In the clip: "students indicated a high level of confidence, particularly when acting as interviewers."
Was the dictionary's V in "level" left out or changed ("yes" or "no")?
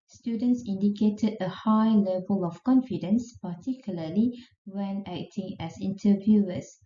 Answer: no